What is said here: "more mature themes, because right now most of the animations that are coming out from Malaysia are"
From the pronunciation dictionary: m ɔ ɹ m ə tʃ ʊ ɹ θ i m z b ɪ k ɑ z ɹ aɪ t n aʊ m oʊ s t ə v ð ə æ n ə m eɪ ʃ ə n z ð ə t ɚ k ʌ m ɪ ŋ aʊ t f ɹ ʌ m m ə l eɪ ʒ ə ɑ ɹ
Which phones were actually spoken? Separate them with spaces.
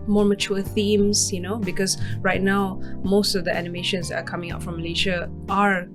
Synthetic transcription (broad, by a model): m ɔ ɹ m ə tʃ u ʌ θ i m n b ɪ k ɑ s ɹ aɪ t n aʊ m oʊ s t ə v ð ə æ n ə m eɪ ʃ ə n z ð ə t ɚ k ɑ m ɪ ŋ aʊ t f ɹ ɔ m m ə l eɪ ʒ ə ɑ ɹ